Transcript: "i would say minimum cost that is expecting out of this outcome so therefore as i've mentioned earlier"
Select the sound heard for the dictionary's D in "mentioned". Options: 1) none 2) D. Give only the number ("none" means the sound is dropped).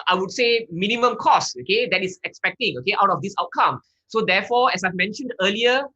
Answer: 2